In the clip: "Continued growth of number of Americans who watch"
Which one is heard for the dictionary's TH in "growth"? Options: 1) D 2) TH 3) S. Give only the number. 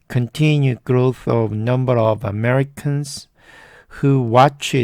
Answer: 2